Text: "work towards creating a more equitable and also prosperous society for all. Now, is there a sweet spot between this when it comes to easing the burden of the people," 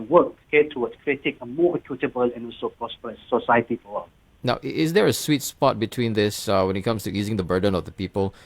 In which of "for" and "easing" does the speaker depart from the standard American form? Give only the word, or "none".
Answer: for